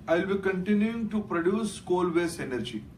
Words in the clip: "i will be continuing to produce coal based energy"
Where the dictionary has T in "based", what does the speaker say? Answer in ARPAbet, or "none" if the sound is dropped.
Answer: none